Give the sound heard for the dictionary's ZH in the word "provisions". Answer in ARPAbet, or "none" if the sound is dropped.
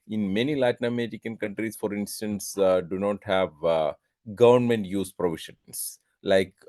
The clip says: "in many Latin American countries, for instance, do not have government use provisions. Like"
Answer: SH